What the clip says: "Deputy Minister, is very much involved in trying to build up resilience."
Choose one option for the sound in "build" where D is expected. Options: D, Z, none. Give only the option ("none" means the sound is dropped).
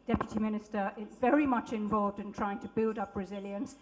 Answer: D